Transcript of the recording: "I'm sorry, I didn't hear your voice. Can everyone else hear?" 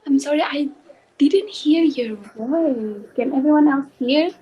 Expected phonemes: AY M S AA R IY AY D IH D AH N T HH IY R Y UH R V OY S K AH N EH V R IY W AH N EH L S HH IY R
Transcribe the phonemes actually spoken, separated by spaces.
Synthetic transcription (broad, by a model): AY M S AA R IY AY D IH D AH N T HH IY R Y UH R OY K AH N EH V R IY W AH N EH L S HH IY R